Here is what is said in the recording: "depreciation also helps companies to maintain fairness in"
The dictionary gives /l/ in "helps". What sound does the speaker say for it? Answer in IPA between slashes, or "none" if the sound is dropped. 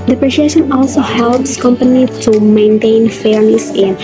/l/